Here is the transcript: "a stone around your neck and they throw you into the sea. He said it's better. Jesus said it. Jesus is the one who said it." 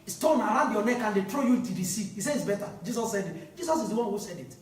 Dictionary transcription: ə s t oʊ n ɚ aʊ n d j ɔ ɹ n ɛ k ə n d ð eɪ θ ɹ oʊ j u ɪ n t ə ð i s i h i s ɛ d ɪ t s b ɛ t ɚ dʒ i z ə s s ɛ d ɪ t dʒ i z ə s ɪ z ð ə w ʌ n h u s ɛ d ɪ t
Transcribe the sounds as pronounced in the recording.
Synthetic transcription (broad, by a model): s t oʊ n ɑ aʊ n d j ɔ n ɛ k ə n d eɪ t ɹ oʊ j u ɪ t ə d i s i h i s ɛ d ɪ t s b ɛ t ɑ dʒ i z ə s s ɛ d ɪ t dʒ i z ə s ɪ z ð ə w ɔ n h u s ɛ d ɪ t